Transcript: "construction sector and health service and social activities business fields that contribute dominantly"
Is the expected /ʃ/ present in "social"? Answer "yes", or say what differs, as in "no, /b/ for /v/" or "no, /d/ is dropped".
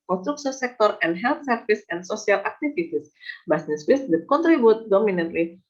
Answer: no, /s/ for /ʃ/